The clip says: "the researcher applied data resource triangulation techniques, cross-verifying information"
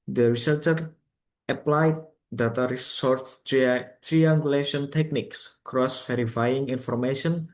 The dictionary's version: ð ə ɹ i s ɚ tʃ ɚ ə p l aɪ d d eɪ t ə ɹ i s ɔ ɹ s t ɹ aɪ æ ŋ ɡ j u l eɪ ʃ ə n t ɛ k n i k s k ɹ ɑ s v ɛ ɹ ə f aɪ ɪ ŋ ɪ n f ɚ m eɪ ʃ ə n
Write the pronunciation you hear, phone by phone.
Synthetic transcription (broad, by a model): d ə ɹ i s ɚ tʃ ɚ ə p l aɪ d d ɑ t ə ɹ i s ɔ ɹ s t ɹ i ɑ ŋ ɡ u l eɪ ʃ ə n t ɛ k n i k s k ɹ ɑ s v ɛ ɹ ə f aɪ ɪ ŋ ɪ n f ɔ m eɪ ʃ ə n